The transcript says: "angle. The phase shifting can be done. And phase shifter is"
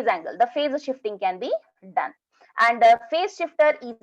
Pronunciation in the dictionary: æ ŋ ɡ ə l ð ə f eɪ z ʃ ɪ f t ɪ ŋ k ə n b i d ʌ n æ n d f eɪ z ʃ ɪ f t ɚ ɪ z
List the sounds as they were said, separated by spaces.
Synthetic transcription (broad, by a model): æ ŋ ɡ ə l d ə f eɪ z ʃ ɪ f t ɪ ŋ k ə n b i d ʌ n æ n d f eɪ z ʃ ɪ f t ɚ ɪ